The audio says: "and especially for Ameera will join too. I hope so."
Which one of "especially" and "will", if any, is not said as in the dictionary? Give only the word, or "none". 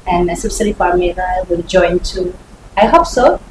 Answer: especially